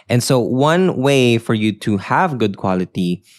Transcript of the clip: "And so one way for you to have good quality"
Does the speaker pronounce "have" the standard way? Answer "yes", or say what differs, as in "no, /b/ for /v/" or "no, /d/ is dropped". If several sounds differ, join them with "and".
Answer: yes